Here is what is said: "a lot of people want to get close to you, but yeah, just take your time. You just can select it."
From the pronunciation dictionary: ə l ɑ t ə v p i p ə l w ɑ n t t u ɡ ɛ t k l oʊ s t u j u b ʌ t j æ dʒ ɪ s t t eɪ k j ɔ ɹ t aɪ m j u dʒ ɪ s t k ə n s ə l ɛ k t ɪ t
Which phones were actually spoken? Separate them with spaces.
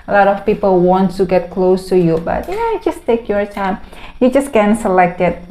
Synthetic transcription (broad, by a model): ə l ɑ t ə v p i p ə l w ɑ n t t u ɡ ɛ t k l oʊ s t u j u b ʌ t j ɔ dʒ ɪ s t t eɪ k j ɔ ɹ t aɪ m j u dʒ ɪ s k ə n s ə l ɛ k t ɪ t